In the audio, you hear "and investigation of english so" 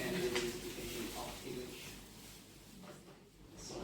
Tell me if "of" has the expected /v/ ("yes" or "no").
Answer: no